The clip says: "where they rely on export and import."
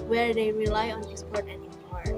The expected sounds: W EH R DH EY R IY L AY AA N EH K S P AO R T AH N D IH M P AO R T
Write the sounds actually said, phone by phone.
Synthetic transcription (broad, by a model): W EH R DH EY R IY L AY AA N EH S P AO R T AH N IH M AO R